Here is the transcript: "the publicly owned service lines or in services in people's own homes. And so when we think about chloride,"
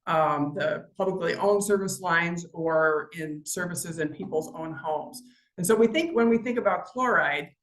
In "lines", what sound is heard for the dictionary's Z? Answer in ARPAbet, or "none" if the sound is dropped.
Z